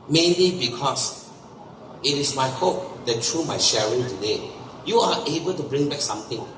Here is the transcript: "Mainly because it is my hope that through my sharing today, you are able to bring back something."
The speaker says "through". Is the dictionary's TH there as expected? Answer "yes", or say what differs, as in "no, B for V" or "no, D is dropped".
no, T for TH